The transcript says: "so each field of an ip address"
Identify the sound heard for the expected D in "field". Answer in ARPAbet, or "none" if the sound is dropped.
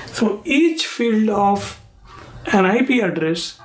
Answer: D